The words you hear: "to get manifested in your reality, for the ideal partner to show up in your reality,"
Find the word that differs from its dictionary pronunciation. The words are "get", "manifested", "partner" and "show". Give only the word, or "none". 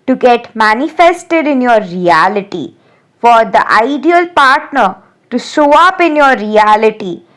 show